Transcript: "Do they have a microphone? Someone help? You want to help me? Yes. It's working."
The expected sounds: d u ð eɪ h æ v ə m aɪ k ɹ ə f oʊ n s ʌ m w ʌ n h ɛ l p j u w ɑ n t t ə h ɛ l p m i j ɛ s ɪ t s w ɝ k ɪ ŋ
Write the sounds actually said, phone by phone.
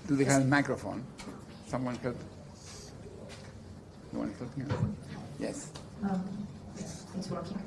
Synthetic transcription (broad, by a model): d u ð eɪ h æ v ə m aɪ k ɹ ə f oʊ n s ʌ m w ʌ n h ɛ l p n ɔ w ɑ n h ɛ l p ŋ j ɛ s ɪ s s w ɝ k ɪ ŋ